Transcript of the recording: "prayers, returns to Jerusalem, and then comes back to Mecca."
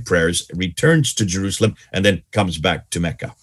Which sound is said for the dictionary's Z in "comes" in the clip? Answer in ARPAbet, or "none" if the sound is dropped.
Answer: Z